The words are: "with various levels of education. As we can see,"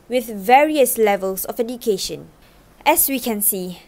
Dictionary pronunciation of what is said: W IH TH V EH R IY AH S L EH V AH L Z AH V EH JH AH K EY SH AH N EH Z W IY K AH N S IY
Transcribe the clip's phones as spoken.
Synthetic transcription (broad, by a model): W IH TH V EH R IY AH S L EH V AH L S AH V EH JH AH K EY SH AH N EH S W IY K AH N S IY